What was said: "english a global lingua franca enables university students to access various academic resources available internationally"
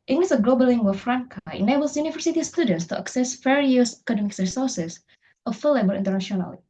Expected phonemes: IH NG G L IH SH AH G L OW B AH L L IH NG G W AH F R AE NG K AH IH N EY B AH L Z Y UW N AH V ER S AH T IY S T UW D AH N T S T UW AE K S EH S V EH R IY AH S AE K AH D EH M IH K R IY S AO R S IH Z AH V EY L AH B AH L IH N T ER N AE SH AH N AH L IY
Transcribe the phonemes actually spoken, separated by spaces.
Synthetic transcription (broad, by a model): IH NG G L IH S AH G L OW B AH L L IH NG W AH F R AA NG K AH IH N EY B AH L S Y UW N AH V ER S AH T IY S T UW D AH N T S T UW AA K S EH S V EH R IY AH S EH K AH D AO M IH K R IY S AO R S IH S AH F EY L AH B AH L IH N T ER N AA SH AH N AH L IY